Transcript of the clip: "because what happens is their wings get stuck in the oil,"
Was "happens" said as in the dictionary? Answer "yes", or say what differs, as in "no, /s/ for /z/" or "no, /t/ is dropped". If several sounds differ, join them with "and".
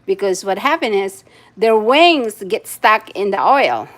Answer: no, /z/ is dropped